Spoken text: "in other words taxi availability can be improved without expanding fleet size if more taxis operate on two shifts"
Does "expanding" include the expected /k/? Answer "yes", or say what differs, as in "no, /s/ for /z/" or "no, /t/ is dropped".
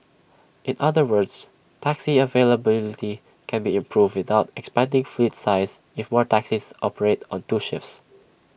yes